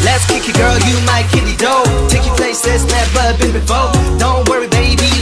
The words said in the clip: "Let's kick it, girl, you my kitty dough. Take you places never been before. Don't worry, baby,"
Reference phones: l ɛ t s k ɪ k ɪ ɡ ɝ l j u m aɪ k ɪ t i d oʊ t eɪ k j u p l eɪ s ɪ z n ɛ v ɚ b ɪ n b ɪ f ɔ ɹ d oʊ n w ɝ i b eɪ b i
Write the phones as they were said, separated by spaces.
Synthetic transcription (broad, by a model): l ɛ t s k ɪ k ɪ ɡ ɝ l j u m aɪ k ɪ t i d oʊ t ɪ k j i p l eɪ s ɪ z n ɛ b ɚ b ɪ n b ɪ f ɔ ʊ d oʊ n w ɝ i b eɪ b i